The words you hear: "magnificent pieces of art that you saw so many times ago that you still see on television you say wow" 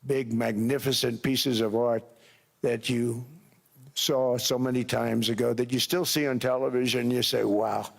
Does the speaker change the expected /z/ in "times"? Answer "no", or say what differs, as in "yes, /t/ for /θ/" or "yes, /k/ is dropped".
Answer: no